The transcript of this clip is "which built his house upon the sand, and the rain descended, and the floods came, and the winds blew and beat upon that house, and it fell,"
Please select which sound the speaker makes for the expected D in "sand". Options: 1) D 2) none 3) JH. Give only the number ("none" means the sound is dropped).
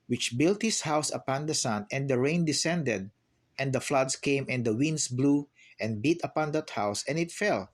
2